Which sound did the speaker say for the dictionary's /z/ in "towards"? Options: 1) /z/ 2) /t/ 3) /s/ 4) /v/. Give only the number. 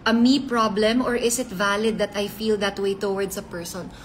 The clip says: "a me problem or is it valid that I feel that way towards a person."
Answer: 3